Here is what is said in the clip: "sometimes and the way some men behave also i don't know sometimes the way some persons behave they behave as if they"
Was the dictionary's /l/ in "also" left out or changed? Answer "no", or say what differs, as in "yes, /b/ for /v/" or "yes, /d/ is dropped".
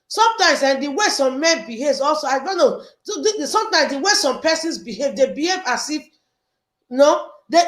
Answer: no